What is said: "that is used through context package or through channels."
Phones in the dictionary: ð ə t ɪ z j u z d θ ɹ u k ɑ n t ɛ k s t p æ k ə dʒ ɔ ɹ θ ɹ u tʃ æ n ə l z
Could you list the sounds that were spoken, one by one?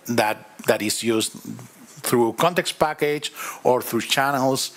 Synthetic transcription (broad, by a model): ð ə t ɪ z j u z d θ ɹ u k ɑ n t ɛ k s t p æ k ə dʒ ɔ ɹ θ ɹ u tʃ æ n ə l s